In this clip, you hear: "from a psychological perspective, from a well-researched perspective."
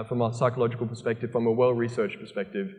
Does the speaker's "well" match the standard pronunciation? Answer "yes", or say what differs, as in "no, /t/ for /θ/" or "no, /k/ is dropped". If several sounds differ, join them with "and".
yes